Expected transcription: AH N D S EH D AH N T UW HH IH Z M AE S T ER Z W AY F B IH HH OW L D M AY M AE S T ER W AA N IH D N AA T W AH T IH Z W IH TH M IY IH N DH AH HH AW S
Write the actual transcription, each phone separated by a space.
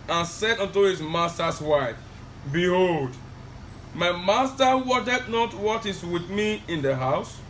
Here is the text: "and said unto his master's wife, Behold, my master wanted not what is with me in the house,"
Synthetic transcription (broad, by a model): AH N S EH D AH N T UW HH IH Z M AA S T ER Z W AY F B IH HH OW L D M AY M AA S T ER W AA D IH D N AA T W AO T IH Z W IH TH M IY IH N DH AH HH AW S